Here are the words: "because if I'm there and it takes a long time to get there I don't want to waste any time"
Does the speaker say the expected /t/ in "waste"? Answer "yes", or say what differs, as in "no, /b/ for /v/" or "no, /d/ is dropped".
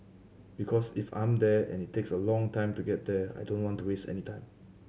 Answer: yes